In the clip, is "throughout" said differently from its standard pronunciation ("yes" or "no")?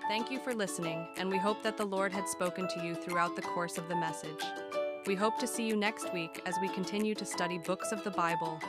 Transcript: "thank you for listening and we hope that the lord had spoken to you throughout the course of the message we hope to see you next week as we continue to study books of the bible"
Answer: no